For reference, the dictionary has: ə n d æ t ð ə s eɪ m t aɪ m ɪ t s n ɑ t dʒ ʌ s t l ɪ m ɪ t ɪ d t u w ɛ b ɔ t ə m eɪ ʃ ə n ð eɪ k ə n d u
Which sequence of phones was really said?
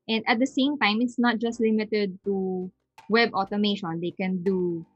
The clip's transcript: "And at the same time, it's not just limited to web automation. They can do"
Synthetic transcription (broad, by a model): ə n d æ t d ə s eɪ m t aɪ m ɪ t s n ɑ t dʒ ʌ s t l ɪ m ɪ t ɪ d t u w ɛ b ɔ t ə m eɪ ʃ ə n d eɪ k ə n d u